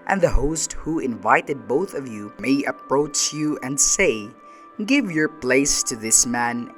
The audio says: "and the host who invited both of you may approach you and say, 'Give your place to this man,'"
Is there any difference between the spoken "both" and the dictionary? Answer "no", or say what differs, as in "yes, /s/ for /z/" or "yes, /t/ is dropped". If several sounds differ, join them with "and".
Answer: no